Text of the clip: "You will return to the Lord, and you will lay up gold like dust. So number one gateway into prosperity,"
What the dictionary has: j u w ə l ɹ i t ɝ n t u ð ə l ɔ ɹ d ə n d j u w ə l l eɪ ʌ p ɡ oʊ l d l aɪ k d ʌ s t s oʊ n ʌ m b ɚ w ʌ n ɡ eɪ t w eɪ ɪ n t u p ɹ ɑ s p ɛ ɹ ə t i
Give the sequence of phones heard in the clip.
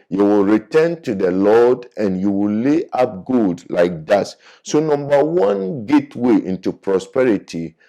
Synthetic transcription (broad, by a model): j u w ə l ɹ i t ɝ n t u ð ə l ɔ d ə n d j u w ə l l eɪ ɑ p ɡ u d l aɪ k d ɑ t s oʊ n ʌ m b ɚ w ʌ n ɡ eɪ t w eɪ ɪ n t u p ɹ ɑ s p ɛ ɹ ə t i